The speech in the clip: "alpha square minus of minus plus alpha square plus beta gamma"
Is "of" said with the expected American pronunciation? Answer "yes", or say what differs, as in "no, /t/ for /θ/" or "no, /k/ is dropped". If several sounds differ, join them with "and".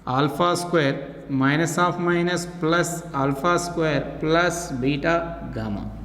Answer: no, /p/ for /v/